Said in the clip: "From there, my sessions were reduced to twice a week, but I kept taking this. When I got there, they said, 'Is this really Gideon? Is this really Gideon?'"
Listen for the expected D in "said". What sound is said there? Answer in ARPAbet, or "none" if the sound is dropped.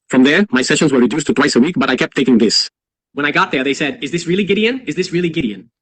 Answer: D